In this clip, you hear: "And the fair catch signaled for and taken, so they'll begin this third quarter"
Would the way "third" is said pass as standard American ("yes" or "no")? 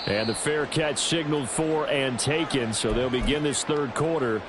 yes